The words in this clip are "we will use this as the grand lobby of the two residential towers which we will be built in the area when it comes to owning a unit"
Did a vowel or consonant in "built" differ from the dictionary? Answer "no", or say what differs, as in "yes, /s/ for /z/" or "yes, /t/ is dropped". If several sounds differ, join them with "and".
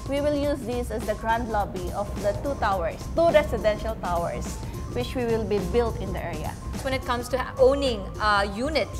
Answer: no